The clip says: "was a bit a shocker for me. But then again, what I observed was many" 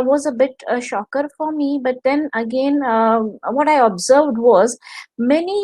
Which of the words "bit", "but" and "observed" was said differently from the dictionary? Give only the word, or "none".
none